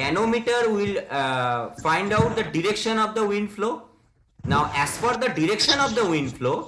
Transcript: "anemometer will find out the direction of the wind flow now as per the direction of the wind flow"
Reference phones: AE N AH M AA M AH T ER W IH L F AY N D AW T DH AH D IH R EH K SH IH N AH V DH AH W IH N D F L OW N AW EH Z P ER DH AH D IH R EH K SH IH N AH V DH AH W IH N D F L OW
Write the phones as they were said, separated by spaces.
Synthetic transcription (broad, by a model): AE N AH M M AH T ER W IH L F AY N D AW T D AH D IH R EH K SH IH N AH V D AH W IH N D F L OW N AW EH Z F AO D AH D IH R EH K SH IH N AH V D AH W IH N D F L OW